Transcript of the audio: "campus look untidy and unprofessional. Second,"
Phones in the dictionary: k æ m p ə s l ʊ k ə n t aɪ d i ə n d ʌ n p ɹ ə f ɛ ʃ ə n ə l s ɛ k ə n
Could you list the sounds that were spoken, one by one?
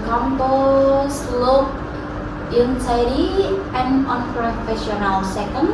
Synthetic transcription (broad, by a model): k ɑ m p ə s l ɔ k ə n s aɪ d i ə n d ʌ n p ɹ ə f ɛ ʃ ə n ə l s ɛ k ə n